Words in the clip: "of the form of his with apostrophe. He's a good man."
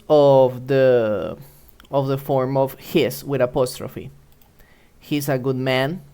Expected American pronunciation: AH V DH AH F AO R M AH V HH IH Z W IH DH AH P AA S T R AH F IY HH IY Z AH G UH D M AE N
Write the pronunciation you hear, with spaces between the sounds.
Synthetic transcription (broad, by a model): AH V DH AH F AO R M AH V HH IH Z W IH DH AH P AA S T R AH F IY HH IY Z AH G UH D M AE N